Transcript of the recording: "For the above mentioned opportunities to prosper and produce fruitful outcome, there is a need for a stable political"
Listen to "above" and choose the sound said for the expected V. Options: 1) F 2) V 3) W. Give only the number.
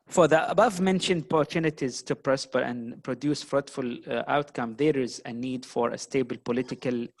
2